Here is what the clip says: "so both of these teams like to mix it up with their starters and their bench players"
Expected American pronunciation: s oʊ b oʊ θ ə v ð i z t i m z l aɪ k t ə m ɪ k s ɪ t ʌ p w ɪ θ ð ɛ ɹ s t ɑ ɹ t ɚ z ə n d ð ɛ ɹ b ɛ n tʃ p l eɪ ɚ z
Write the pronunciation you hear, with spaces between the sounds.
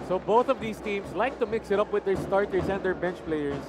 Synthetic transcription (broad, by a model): s oʊ b oʊ θ ə v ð i s t i m s l aɪ k t ə m ɪ k s ɪ t ʌ p w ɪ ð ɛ ɹ s t ɑ ɹ t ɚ s ə n d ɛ ɹ b ɛ n tʃ p l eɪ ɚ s